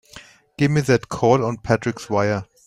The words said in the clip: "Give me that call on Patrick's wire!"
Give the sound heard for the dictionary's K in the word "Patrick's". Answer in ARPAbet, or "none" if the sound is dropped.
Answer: K